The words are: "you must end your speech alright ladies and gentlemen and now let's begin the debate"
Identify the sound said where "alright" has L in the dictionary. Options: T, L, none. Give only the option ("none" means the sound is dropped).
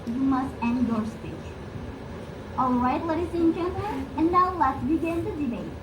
L